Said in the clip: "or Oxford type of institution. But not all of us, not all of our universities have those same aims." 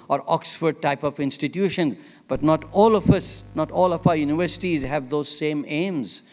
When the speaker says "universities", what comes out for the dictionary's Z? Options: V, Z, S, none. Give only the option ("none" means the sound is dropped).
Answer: Z